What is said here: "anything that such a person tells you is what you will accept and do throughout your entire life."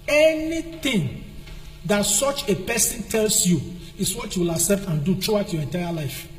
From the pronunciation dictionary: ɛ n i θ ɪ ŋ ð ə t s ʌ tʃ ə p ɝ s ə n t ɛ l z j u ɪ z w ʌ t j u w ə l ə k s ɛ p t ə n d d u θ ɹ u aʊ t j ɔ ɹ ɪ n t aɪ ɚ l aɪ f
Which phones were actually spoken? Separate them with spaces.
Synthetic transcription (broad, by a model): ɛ n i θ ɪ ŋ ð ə t s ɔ tʃ ə p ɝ s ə n t ɛ l s j u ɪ s w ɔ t j u w ə l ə s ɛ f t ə n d d u t ɹ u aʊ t j ɔ ɹ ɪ n t aɪ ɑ l aɪ f